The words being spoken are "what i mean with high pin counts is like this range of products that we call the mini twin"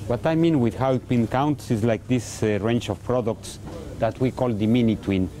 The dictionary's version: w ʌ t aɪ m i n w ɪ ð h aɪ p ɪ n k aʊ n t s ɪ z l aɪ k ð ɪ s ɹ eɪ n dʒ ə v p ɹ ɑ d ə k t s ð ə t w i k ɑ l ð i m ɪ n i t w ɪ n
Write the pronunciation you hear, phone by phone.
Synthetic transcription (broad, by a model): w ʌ t aɪ m i n w ɪ ð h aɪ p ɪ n k aʊ n t s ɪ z l aɪ k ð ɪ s ɹ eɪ n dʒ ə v p ɹ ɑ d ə k t s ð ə t w i k ɑ l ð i m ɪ n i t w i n